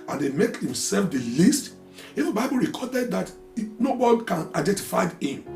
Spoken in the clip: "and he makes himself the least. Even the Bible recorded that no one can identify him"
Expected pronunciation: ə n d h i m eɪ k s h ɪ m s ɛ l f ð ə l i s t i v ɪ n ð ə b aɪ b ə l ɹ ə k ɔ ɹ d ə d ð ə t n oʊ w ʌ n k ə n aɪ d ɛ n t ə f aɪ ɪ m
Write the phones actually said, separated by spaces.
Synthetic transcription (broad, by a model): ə n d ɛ m eɪ k h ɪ m s ɛ l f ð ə l i s t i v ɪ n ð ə b aɪ b ə l ɹ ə k ɔ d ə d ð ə t n oʊ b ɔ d k ə n aɪ d ɛ n t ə f aɪ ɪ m